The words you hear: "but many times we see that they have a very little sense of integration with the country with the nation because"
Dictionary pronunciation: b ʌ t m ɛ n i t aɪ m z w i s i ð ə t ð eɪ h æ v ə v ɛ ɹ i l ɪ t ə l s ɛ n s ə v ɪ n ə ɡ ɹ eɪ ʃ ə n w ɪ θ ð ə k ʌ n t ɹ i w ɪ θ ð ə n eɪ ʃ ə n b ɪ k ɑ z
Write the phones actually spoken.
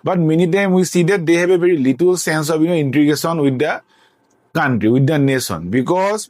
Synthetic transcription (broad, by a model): b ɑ t m ɛ n i t aɪ m w i s i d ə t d eɪ h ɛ b ə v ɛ ɹ i l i t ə l s ɛ n s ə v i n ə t ɹ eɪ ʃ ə n w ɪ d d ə k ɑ n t ɹ i w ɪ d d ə n eɪ s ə n b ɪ k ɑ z